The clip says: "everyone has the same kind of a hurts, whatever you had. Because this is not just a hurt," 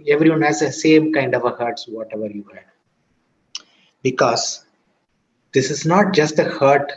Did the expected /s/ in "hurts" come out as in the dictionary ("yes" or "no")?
yes